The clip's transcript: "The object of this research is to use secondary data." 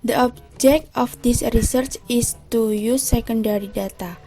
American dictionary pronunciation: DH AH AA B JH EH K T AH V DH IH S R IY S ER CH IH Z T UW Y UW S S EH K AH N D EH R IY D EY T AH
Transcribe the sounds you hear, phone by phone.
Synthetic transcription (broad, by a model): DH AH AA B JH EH K T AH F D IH S R IY S ER CH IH S T UW Y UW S S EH K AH N D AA R IY D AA T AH